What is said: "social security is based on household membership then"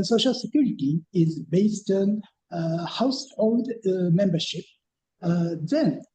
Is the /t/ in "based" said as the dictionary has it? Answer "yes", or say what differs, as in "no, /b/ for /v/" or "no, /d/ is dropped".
yes